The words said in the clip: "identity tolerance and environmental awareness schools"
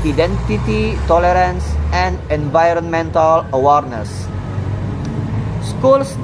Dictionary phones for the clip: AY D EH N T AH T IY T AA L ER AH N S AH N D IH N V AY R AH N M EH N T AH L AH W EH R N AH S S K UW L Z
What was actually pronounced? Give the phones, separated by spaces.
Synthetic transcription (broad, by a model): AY D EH N T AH T IY T AA L ER AH N S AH N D IH N V AY R AH N M EH N T AH L AH W EH R N AH S S K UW L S